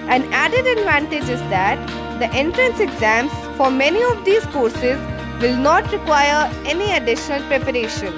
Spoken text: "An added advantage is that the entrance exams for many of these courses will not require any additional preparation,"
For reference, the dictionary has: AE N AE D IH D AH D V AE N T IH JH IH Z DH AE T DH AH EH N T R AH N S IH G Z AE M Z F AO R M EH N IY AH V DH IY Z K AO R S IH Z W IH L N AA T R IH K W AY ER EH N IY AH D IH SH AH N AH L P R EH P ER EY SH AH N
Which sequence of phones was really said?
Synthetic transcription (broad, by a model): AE N AE D IH D AH D V AE N T IH JH IH Z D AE T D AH EH N T R AH N S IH G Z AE M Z F AO R M EH N IY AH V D IY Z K AO R S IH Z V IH L N AA T R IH K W AY ER EH N IY AH D IH SH AH N AH L P R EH P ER EY SH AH N